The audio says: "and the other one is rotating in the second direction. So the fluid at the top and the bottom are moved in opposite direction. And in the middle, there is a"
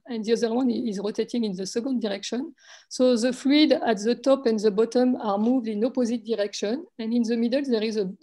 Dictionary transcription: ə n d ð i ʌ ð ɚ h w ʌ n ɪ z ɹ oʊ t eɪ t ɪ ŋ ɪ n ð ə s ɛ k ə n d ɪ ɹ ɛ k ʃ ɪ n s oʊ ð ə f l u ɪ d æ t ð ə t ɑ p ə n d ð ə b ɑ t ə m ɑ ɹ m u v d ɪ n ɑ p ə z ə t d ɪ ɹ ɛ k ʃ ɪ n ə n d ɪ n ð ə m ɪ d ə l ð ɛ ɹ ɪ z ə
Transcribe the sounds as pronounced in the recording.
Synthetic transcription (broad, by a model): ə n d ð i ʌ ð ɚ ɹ w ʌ n ɪ z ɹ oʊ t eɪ t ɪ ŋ ɪ n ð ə s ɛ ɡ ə n d ɪ ɹ ɛ k ʃ ɪ n s oʊ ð ə f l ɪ d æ t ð ə t ɑ p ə n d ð ə b ɑ t ə m ɑ ɹ m u v d ɪ n ɑ p ə z ə t d ɪ ɹ ɛ k ʃ ɪ n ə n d ɪ n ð ə m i d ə l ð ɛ ɹ ɪ z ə